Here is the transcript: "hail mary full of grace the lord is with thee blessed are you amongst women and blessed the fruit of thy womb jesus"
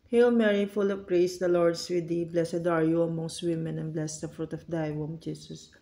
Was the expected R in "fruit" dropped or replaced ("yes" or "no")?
no